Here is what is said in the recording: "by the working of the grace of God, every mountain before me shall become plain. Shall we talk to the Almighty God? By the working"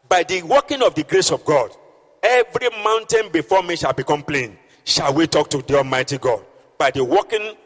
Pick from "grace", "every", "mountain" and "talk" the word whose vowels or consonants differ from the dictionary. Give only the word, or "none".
none